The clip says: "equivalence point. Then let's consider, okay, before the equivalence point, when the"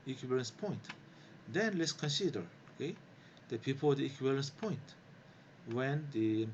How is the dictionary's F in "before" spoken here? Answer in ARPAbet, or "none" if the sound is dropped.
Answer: P